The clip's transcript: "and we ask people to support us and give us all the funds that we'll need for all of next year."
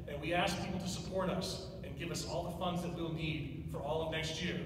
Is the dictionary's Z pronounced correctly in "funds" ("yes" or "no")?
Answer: yes